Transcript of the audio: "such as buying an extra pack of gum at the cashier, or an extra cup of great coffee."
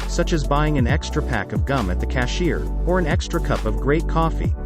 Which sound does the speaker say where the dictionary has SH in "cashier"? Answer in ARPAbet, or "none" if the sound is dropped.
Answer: SH